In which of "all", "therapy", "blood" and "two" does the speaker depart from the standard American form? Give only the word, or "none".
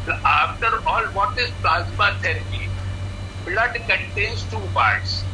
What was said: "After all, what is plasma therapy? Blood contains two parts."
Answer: therapy